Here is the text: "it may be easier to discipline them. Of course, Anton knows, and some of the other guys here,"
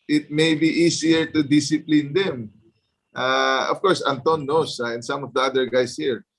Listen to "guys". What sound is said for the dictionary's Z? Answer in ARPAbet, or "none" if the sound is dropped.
S